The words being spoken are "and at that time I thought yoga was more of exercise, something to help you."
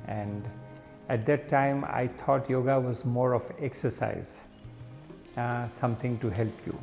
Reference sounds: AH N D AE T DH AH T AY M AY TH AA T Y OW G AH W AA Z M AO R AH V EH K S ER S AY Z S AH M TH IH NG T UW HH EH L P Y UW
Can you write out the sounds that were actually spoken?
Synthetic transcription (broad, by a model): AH N D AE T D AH T AY M AY T AA T Y OW G AH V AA Z M AO R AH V EH K S ER S AY Z S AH M T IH NG T UW HH EH L P Y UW